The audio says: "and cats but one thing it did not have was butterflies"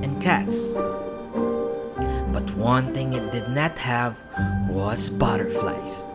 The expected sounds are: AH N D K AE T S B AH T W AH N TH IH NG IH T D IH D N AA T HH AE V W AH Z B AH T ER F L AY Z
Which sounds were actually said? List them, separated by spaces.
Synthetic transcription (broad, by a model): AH N K AE T S B AH T W AH N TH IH NG IH T D IH D N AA T HH AE V W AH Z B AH T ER F L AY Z